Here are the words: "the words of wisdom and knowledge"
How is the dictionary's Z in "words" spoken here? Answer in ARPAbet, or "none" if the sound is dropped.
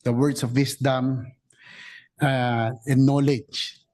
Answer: S